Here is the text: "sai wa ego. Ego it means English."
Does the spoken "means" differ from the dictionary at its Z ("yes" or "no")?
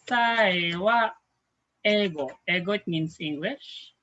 yes